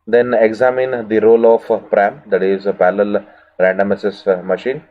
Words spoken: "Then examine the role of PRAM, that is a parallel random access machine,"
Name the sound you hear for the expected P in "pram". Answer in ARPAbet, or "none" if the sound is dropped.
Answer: P